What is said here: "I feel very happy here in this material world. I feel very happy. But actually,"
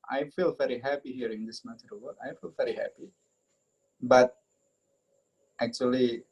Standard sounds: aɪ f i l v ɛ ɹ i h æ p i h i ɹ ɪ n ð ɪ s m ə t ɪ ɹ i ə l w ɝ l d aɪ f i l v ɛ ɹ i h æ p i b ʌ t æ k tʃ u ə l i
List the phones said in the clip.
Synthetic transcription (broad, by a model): aɪ f i l v ɛ ɹ i h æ p i h i ɹ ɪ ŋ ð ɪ s m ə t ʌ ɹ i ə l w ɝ d aɪ f i l v ɛ ɹ i h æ p i b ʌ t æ k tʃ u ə l i